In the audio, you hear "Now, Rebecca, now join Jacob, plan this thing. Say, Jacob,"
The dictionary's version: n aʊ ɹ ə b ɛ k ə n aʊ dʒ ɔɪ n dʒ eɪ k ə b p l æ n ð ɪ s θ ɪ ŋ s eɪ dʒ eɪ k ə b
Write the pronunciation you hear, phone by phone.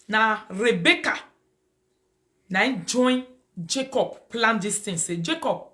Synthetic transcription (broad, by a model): n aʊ ɹ ə b ɛ k ə n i dʒ ɔɪ n dʒ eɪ k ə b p l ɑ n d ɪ s t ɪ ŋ s eɪ dʒ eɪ k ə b